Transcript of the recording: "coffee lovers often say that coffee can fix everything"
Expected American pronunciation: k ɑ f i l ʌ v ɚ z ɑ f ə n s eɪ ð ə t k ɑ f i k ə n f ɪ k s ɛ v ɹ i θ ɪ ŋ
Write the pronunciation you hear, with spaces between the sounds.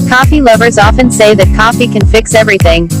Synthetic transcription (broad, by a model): k ɑ f i l ʌ v ɚ z ɑ f ə n s eɪ ð ə t k ɑ f i k ə n f ɪ k s ɛ v ɹ i θ ɪ ŋ